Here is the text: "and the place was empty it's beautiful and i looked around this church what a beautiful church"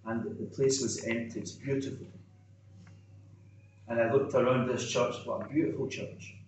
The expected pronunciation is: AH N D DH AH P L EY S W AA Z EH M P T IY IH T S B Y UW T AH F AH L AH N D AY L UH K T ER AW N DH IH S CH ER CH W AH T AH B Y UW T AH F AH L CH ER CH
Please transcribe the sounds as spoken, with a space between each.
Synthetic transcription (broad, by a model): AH N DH DH AH P L EY S W AA Z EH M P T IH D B Y UW T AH F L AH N AY L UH K T ER AW N DH IH S CH ER CH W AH AH B Y UW T AH F AH L CH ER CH